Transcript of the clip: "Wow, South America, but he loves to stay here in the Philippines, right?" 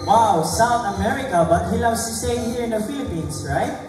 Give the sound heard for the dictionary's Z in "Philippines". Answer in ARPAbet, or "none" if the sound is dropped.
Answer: S